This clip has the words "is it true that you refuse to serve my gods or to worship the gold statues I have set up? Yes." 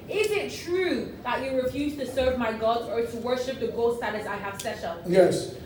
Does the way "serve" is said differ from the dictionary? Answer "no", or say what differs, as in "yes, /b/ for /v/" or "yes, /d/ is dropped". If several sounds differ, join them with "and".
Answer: no